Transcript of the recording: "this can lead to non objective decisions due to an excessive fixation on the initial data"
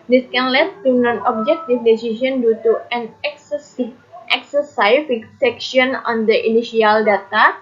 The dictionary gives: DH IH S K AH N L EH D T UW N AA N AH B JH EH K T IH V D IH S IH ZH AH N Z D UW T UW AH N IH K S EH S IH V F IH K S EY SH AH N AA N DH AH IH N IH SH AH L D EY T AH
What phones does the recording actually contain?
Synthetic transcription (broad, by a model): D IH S K AH N L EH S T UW N AA N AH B JH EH K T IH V D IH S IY S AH N D UW T UW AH N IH K S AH S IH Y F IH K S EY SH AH N AA N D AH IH N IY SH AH L D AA T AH